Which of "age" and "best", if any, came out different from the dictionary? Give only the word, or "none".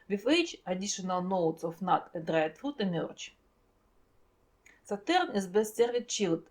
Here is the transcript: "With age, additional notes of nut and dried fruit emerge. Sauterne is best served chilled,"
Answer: age